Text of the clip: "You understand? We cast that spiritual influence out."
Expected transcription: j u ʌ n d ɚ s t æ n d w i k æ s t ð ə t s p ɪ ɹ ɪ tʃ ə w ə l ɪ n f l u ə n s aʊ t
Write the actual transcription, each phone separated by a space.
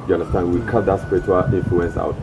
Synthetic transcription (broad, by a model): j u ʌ n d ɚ s t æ n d w i k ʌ t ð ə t s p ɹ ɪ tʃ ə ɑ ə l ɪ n f l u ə n s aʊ t